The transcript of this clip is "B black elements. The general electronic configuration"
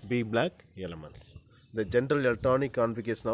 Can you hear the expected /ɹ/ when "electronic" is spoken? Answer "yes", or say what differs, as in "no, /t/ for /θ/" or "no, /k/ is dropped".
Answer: no, /ɹ/ is dropped